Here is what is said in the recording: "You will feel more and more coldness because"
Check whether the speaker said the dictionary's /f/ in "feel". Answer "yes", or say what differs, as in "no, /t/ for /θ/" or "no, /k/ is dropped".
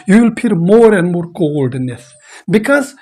no, /p/ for /f/